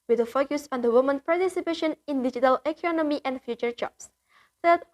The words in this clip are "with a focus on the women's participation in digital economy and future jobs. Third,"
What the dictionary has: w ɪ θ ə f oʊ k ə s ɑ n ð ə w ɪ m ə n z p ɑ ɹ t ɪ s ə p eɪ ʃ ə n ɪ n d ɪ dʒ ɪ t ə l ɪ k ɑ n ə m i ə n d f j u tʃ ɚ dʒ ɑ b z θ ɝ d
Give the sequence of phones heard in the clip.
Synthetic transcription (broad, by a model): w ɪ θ ə f oʊ k ə s ɑ n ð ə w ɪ m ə n p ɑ ɹ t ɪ s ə p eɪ ʃ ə n ɪ n d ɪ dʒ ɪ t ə l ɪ k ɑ n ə m i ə n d f j u tʃ ɚ dʒ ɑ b s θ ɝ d